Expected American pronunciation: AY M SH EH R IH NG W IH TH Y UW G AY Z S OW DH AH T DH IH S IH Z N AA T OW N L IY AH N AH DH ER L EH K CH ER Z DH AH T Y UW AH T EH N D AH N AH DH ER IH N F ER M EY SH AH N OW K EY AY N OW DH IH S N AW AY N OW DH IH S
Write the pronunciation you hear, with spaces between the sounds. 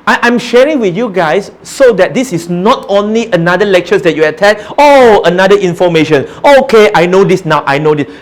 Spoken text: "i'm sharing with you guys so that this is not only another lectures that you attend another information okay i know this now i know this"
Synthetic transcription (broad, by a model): AY M SH EH R IH NG W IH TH Y UW G AY S OW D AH T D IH S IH S N AA T OW N L IY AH N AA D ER L EH K CH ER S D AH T Y UW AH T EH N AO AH N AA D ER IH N F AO M EY SH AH N OW K EY AY N OW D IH S N AW AY N OW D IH S